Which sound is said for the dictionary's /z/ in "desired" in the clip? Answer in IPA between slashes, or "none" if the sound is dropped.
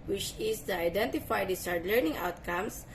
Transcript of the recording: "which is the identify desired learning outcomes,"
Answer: /s/